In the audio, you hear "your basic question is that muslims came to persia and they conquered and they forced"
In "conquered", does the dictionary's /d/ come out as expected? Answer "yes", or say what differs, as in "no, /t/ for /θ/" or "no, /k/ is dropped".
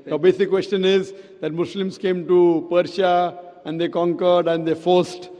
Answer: yes